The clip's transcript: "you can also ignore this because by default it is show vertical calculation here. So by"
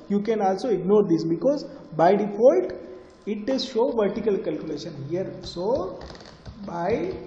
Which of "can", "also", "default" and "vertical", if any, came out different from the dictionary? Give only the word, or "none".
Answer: default